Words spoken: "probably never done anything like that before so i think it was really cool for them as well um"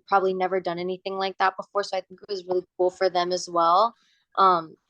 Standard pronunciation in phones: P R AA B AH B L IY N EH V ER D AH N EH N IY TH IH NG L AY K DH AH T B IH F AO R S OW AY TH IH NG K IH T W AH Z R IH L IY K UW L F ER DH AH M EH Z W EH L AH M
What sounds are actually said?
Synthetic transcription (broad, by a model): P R AA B AH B L IY N EH V ER D AH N EH N IY TH IH NG L AY K DH AH T B IH F AO R S OW AY TH IH NG K IH T W AH Z R IH L IY K UW L F ER DH AH M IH Z W EH L AH M